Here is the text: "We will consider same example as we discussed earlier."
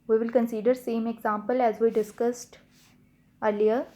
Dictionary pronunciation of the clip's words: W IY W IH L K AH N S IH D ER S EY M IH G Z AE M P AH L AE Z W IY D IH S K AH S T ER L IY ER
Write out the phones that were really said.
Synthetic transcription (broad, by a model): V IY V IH L K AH N S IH D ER S EY M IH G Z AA M P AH L AE Z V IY D IH S K AH S T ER L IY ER